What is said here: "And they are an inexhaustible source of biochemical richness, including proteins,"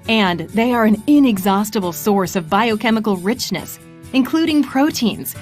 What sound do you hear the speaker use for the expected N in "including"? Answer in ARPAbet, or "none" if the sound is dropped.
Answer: N